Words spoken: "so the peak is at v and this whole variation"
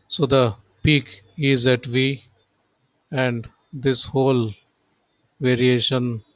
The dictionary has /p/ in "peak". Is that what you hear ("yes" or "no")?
yes